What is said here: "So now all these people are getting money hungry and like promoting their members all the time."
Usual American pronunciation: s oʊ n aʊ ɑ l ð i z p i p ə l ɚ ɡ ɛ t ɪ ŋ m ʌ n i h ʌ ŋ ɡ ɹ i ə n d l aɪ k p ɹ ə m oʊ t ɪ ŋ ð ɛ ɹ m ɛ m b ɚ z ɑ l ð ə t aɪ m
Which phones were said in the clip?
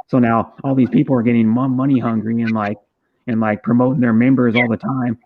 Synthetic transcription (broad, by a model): s oʊ n aʊ ɑ l ð i z p i p l ɚ ɡ ɛ t ɪ ŋ m ʌ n i h ʌ ŋ ɡ ɹ i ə n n l aɪ k p ɹ ə m oʊ t ɪ ŋ ð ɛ ɹ m ɛ m b ɚ z ɑ l ð ə t aɪ m